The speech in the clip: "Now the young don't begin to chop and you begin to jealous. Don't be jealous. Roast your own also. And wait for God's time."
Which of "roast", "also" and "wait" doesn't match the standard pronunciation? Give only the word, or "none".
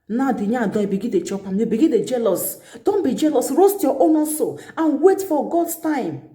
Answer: also